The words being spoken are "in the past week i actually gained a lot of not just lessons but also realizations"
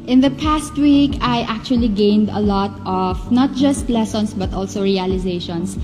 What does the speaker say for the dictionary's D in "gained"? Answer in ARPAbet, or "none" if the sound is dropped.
D